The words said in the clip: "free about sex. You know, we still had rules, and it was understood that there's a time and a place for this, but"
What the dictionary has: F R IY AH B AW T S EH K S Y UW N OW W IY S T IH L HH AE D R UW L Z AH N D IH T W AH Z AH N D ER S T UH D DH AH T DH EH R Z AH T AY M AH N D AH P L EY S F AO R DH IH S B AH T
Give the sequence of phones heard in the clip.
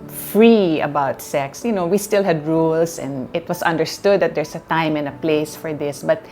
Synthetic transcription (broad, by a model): F R IY AH B AW T S EH K S Y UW N OW W IY S T IH L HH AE D R UW L S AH N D IH T W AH S AH N D ER S T UH D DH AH T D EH R S AH T AY M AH N AH P L EY S F AO R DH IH S B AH T